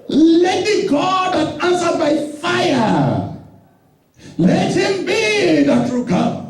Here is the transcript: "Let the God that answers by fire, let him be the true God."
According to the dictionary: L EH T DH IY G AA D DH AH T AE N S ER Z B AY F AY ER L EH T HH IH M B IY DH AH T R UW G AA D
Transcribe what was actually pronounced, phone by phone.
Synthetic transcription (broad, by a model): L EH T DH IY G AA D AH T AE N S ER B AY F AY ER L EH T HH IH M B IY DH AH T R UW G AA